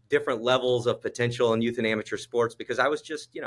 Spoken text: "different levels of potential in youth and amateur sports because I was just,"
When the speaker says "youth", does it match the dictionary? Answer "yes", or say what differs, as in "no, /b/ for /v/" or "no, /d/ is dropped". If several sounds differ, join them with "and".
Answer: yes